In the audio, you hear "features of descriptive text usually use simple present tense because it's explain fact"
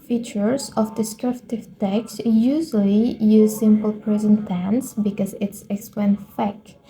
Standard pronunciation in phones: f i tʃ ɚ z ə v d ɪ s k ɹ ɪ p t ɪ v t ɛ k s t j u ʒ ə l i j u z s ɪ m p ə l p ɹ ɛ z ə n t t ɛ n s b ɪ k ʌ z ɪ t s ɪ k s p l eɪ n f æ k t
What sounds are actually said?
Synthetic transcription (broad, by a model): f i tʃ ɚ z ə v d ɪ s k ɹ ɪ p t ɪ v t ɛ k s t j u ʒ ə l i j u z s ɪ m p ə l p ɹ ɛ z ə n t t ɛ n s b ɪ k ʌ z ɪ t s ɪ k s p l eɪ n f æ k